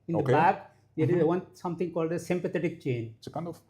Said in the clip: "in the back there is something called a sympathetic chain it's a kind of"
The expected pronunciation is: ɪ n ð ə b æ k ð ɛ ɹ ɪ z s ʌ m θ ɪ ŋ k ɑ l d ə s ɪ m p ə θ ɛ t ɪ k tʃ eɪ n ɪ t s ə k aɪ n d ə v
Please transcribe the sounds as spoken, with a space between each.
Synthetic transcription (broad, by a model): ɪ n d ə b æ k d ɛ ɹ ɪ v s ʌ m t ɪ ŋ k ɑ l d ə s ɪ m p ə t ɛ t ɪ k tʃ eɪ n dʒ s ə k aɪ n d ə